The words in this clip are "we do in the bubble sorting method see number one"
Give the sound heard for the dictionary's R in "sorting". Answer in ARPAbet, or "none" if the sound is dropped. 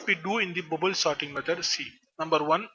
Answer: R